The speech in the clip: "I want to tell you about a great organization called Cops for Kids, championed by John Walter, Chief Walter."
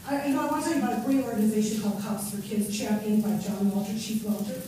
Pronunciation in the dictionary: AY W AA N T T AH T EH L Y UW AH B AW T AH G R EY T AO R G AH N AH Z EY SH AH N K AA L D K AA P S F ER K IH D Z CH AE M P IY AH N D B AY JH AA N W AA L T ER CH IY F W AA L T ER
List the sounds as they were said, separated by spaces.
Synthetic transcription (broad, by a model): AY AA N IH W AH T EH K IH AH B AW T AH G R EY AO R G AH N AH Z EY SH AH N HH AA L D K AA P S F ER K IH D Z CH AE M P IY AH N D B AY JH AA N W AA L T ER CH IY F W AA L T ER